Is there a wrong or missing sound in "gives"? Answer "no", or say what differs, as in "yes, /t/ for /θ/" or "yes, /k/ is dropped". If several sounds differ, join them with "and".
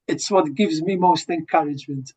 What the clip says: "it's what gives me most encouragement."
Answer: no